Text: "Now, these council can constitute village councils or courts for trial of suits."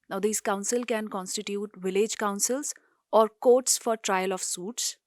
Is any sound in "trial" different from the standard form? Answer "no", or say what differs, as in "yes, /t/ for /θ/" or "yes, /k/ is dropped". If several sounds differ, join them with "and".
no